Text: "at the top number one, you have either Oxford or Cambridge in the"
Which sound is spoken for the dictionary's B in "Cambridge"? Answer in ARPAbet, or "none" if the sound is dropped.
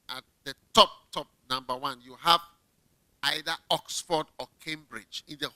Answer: B